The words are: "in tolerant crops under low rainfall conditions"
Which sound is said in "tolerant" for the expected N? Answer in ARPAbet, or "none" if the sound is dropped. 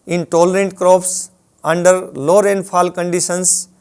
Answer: N